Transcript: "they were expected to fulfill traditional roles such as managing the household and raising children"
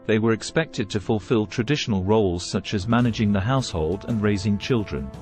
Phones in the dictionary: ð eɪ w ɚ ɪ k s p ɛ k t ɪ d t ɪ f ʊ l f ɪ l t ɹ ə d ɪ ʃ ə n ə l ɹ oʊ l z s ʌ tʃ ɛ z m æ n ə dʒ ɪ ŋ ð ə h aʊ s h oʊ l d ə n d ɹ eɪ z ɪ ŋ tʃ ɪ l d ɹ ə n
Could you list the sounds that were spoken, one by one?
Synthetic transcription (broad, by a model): ð eɪ w ɚ ɪ k s p ɛ k t ɪ d t ɪ f ʊ l f ɪ l t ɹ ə d ɪ ʃ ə n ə l ɹ oʊ l z s ʌ tʃ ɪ z m æ n ə dʒ ɪ ŋ ð ə h aʊ s h oʊ l d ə n ɹ eɪ z ɪ ŋ tʃ ɪ l d ɹ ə n